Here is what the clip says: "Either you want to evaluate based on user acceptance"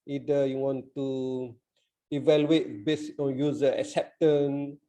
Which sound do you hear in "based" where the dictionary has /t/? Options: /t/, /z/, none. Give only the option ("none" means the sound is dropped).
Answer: none